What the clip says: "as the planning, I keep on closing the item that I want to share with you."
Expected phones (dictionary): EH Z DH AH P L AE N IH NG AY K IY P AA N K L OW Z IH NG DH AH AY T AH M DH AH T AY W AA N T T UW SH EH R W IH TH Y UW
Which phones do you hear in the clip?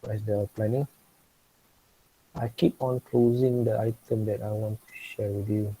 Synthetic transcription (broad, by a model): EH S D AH P L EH N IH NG AY K IY P AA N K L OW Z IH NG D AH AY T AH M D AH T AY W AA N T T UW SH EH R W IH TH Y UW